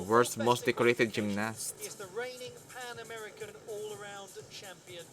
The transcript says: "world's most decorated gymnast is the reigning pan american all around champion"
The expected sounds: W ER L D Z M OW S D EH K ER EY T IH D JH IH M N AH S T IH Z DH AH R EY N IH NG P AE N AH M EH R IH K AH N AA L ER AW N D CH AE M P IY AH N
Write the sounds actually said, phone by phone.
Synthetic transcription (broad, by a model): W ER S M OW S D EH K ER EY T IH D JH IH M N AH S IH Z DH AH R EY N IH NG P AE N AH M EH R IH K AH N AA L ER AW N D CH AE M P IY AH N